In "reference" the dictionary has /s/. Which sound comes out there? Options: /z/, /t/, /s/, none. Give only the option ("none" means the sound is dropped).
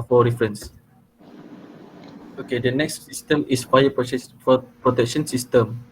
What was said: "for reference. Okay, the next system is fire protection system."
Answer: /s/